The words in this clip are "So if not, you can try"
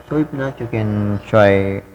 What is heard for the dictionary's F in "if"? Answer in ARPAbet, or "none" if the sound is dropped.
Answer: P